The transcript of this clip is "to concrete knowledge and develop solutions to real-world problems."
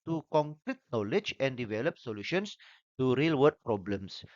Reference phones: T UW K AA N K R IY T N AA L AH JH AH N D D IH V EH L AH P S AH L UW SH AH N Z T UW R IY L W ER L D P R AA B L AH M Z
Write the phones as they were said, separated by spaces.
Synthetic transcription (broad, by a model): T UW K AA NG K R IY T N AA L AH JH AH N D D IH V EH L AH P S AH L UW SH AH N S T UW R IY L W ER D P R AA B L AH M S